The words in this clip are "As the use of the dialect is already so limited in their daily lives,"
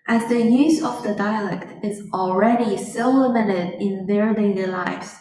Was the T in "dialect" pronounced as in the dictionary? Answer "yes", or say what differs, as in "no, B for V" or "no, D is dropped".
yes